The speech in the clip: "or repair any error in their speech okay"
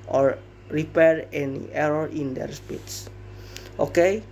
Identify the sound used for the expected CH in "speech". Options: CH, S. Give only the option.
S